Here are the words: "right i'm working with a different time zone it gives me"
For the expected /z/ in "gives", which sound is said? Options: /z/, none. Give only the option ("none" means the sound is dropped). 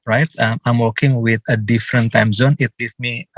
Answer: none